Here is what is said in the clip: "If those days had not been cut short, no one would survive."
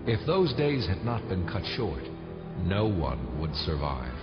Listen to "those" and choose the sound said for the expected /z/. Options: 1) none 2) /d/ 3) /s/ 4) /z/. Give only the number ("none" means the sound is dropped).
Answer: 4